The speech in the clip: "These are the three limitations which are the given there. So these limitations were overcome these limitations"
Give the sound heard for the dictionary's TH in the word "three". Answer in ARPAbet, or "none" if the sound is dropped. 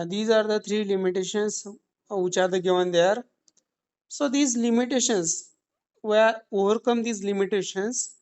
T